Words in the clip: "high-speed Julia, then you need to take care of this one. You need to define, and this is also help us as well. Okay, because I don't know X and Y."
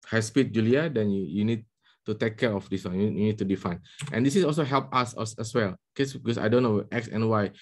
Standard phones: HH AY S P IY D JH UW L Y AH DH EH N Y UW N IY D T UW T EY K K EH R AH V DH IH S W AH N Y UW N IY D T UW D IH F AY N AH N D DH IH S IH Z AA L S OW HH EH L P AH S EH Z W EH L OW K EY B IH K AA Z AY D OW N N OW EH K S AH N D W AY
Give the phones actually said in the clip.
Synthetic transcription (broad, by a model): HH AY S P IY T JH UW L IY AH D EH N Y UW N IY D T UW T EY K K EH R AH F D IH S W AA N Y UW N IY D T UW D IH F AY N AH N D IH S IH S AA L S OW HH EH L P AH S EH S W EH L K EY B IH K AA S AY D OW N N OW EH K S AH N W AY